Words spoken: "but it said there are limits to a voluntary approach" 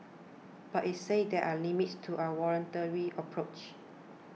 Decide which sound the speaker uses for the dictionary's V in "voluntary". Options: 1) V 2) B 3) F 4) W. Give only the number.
4